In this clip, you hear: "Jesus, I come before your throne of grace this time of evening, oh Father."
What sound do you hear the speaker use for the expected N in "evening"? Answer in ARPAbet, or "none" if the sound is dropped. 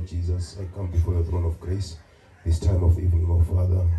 none